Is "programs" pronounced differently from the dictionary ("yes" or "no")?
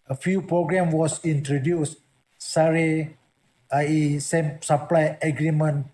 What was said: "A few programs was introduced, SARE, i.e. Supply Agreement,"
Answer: yes